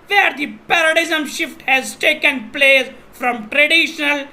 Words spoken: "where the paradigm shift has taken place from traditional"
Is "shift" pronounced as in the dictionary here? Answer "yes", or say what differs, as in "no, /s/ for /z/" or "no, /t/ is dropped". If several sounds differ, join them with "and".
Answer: yes